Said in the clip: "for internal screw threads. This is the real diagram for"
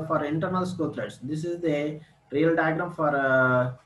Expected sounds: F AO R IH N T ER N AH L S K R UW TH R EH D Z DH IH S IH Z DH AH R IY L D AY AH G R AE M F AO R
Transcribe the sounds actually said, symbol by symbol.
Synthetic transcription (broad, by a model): F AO R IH N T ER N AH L S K UW T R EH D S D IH S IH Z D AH R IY L D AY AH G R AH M F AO R